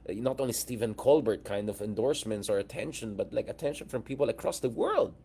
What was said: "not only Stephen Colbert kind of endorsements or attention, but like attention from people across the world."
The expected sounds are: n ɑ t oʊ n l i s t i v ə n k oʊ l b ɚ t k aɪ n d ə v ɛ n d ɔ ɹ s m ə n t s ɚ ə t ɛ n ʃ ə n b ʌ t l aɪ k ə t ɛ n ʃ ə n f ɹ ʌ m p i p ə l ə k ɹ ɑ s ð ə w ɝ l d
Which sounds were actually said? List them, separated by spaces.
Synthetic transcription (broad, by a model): n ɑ t oʊ n l i s t i v ə n k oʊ l b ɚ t k aɪ n d ə v ɛ n d ɔ ɹ s m ə n t s ɚ ə t ɛ n ʃ ə n b ʌ t l aɪ k ə t ɛ n ʃ ə n f ɹ ʌ m p i p ə l ə k ɹ ɑ s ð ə w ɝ l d